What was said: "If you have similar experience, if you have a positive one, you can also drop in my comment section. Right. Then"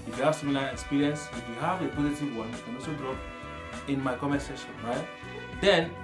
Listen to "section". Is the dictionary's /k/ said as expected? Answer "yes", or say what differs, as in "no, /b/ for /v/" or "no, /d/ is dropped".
no, /k/ is dropped